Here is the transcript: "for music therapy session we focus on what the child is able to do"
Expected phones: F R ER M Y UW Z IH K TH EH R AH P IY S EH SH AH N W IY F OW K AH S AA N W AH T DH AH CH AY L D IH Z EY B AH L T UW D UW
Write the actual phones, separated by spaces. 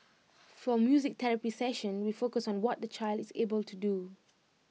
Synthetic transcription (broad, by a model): F R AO M Y UW Z IH K T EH R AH P IY S EH SH AH N W IY F OW K AH S AA N W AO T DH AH CH AY L D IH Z EY B AH L T UW D UW